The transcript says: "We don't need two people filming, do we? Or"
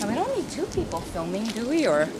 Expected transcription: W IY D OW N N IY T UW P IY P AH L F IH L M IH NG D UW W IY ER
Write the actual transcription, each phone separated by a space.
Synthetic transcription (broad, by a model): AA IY D OW N L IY T UW P IY P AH L F IH L M IH NG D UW W IY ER